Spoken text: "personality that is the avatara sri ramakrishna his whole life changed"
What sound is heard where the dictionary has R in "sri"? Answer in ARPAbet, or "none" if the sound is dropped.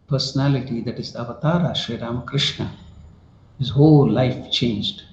none